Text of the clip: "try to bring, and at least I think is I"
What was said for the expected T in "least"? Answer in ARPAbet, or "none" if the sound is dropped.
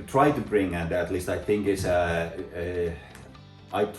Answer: T